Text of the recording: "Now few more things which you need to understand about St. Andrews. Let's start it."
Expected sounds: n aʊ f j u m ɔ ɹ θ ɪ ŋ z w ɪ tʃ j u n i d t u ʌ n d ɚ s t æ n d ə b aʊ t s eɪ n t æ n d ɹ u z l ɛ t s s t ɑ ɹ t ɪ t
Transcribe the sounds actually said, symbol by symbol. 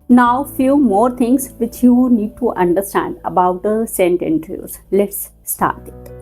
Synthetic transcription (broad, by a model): n aʊ f j u m ɔ ɹ t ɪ ŋ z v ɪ tʃ j u n i d t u ʌ n d ɚ s t æ n d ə b aʊ t s eɪ n t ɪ n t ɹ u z l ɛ t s s t ɑ ɹ t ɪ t